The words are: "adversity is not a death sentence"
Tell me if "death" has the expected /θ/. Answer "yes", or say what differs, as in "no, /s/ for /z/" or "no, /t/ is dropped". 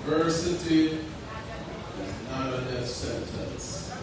no, /f/ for /θ/